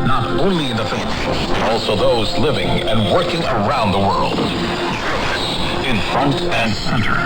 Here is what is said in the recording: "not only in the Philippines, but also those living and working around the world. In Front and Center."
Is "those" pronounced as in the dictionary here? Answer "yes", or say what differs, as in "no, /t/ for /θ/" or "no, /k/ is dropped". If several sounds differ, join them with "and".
yes